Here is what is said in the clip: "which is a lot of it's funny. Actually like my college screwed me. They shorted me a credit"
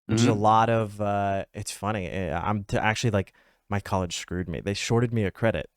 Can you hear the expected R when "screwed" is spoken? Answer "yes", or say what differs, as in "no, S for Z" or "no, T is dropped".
yes